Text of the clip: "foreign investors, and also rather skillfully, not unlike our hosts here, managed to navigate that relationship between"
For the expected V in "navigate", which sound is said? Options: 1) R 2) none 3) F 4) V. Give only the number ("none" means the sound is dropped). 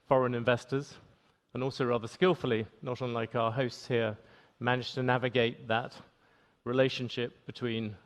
4